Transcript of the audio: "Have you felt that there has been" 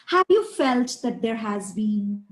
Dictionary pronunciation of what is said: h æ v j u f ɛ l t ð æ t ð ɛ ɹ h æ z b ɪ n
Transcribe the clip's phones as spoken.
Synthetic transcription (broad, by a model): h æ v j u f ɛ l t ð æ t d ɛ ɹ h æ z b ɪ n